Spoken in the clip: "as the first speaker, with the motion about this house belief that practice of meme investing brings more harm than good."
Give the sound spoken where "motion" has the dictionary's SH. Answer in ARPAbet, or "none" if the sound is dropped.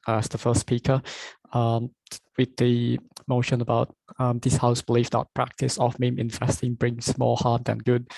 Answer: SH